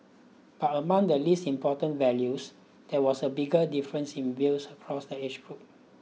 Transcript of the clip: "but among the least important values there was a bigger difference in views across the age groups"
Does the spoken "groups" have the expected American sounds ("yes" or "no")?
no